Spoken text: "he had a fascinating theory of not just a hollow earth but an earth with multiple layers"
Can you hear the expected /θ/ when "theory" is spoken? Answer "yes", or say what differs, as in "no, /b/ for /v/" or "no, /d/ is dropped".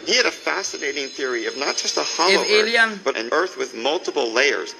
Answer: yes